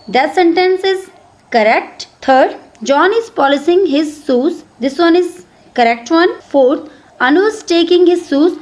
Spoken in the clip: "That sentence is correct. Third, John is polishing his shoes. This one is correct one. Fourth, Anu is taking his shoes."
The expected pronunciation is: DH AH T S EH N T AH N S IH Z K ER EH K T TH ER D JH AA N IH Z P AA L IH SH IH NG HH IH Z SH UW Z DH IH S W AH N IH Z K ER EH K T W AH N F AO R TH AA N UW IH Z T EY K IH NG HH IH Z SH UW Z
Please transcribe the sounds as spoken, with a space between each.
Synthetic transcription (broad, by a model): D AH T S EH N T AH N S IH Z K ER EH K T T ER D JH AA N IH Z P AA L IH S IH NG HH IH Z S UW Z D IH S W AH N IH Z K ER EH K T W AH N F AO R T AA N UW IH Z T EY K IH NG HH IH Z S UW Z